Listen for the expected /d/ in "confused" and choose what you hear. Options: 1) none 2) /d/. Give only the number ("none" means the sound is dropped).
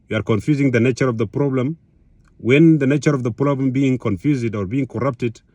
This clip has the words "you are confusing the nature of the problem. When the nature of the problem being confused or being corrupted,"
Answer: 2